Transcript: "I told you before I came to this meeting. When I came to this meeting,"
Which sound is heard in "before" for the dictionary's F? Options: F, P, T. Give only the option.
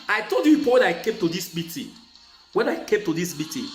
P